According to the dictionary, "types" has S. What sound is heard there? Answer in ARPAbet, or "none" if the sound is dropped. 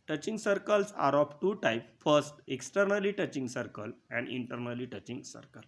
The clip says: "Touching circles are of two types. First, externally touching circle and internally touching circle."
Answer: none